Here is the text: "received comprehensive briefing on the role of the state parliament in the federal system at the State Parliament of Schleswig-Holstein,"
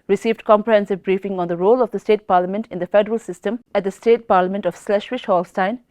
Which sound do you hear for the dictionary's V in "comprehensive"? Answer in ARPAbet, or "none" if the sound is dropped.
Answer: V